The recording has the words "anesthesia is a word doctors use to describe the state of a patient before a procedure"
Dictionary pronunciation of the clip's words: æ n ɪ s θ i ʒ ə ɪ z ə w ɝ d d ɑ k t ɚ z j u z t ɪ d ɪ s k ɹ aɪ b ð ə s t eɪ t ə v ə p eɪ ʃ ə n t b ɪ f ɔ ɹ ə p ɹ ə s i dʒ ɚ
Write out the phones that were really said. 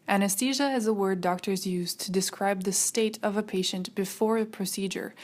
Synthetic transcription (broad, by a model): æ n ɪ s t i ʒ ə ɪ z ə w ɝ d d ɑ k t ɚ z j u z t ɪ d ɪ s k ɹ aɪ b ð ə s t eɪ t ə v ə p eɪ ʃ ə n t b ɪ f ɔ ɹ ə p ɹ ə s i dʒ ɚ